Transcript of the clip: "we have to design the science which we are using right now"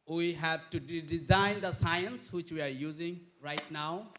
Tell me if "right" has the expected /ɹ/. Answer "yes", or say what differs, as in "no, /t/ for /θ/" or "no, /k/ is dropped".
yes